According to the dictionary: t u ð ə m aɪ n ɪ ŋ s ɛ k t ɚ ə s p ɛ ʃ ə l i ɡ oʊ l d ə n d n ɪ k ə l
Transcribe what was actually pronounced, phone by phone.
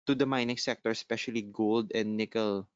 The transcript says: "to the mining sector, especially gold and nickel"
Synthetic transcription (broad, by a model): t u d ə m aɪ n ɪ ŋ s ɛ k t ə s p ɛ ʃ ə l i ɡ oʊ l d ə n d n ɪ k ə l